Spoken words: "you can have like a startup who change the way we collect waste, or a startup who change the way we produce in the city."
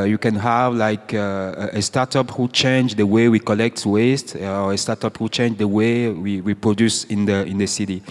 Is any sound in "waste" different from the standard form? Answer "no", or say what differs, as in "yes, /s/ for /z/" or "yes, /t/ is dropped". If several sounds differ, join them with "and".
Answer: no